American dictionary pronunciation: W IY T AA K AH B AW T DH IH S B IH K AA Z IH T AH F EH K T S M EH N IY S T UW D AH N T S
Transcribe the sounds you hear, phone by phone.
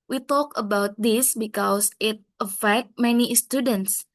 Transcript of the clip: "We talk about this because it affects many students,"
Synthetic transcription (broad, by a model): W IY T AA K AH B AW T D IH S B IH K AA S IH T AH F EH K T M EH N IY S T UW D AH N T S